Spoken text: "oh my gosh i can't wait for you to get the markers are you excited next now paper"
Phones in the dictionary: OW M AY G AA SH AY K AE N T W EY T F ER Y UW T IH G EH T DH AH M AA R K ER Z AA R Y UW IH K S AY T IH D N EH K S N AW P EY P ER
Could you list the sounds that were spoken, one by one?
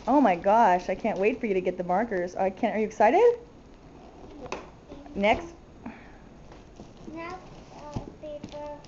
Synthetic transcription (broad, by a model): OW M AY G AA SH AY K AE N T W EY T F ER Y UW T IH G EH T DH AH M AA R K ER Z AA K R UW IH K S AY T IH D N EH K S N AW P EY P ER